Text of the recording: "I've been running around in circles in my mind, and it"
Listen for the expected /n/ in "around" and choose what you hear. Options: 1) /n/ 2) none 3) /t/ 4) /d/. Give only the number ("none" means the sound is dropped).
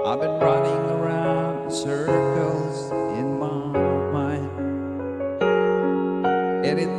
1